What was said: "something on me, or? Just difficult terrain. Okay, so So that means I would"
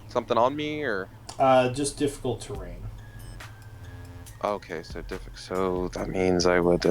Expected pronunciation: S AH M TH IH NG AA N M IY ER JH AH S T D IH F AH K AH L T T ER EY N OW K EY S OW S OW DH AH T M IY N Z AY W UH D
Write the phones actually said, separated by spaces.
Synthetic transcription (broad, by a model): S AH M TH IH NG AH N M IY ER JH AH S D IH F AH K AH L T T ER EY N OW K EY S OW S OW DH AH T M IY N Z AY W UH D